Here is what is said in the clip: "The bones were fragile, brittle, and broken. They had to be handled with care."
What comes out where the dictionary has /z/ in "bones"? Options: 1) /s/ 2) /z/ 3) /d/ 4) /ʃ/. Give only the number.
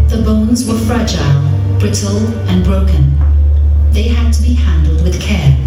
2